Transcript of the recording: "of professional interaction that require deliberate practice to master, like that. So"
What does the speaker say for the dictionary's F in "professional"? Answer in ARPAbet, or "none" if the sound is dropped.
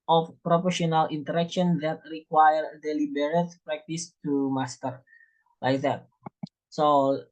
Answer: P